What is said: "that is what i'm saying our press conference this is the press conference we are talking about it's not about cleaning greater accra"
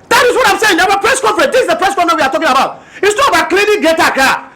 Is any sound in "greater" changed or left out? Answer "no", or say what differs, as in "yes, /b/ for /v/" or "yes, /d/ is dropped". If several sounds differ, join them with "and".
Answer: yes, /ɹ/ is dropped